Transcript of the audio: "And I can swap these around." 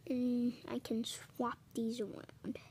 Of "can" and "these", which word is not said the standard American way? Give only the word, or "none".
none